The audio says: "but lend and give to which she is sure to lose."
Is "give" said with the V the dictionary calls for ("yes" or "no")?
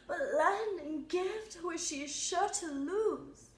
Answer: no